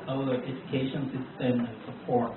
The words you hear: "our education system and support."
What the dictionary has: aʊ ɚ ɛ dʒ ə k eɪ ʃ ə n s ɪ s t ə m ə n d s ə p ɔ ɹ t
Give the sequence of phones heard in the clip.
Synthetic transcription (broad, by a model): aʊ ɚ ɛ dʒ ə k eɪ ʃ ə n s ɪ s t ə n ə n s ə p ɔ ɹ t